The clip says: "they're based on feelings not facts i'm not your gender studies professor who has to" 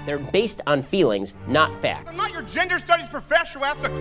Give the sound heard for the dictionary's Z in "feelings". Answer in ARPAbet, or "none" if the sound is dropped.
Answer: Z